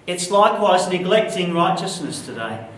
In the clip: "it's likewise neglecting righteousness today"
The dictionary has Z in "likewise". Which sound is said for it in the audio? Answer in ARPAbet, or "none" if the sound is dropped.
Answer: Z